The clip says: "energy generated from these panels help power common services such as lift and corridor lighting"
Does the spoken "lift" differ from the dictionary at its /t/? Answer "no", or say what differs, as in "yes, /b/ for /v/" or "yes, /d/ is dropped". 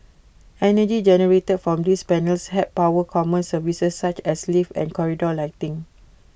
yes, /t/ is dropped